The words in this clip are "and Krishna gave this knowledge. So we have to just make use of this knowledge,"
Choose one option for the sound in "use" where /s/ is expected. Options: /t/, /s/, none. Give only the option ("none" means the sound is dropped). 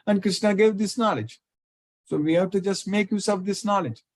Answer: /s/